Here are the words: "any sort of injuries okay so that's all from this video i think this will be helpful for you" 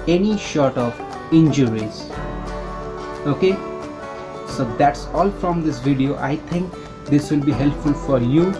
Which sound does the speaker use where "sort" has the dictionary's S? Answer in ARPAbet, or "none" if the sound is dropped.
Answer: SH